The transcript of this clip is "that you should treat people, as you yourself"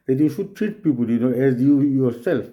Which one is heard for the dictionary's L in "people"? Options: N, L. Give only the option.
N